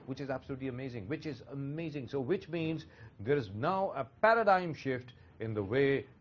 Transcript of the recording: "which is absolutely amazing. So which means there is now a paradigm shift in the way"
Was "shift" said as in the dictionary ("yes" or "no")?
yes